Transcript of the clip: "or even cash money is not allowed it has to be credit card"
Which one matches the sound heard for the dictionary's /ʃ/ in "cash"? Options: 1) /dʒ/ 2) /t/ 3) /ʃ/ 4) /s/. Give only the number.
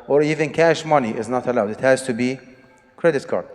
3